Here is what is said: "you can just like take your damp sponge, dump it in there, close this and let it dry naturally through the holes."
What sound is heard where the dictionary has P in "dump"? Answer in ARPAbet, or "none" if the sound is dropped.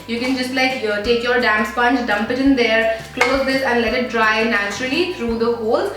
P